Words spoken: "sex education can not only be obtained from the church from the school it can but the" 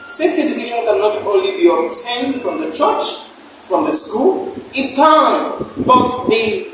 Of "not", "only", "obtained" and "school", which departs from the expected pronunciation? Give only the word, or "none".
obtained